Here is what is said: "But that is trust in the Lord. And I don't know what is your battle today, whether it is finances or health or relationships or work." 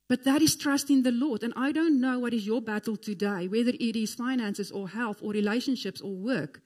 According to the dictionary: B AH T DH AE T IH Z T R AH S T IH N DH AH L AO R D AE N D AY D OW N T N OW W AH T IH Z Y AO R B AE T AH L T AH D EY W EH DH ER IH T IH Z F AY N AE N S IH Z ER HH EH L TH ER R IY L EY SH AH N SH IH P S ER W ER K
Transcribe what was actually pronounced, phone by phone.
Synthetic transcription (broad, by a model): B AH T DH AE T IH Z T R AH S T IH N DH AH L AO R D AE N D AY D OW N T N OW W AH T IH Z Y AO B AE T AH L T AH D EY W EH DH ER IH T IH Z F AY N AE N S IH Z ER HH EH L TH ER R IY L EY SH AH N SH IH P S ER W ER K